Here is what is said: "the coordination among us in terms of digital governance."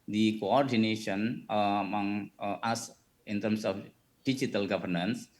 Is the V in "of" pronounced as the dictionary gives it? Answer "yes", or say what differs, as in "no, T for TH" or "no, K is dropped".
no, F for V